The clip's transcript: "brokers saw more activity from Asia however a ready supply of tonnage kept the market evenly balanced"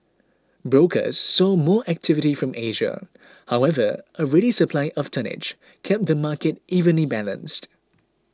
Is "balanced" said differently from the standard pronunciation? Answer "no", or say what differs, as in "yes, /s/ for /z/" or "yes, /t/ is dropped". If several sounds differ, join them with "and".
no